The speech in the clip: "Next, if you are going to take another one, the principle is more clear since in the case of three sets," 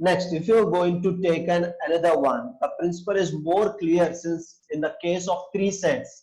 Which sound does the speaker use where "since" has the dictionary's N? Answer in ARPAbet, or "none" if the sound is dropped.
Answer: N